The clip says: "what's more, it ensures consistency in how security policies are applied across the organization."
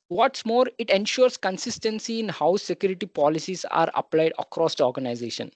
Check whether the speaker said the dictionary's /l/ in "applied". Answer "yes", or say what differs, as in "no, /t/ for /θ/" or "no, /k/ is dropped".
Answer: yes